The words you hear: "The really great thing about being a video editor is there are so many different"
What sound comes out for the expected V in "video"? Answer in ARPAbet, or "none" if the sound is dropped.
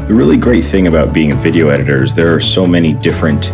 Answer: V